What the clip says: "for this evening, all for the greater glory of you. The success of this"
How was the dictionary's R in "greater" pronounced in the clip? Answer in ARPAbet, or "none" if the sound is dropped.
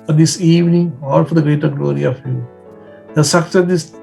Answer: R